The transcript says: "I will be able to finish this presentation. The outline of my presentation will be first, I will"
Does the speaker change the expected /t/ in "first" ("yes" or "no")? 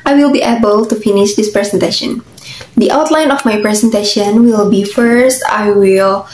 no